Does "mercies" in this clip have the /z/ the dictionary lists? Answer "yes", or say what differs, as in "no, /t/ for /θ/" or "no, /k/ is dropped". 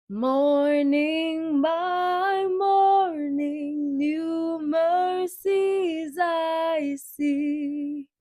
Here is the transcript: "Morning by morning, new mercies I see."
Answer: yes